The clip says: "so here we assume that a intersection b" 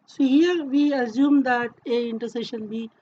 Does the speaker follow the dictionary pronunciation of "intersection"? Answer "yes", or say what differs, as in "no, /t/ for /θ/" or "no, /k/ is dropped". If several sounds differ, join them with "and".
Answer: no, /k/ is dropped